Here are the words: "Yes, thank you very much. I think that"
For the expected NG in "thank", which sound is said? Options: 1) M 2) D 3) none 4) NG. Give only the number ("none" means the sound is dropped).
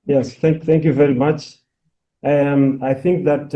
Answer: 4